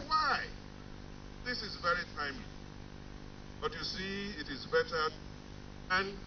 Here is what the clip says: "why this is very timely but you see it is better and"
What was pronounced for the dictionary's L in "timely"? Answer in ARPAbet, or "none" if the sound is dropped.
none